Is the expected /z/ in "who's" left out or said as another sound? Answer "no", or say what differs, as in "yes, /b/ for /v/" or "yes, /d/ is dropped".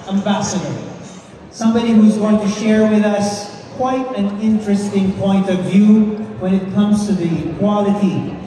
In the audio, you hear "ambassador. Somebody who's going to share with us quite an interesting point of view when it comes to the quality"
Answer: no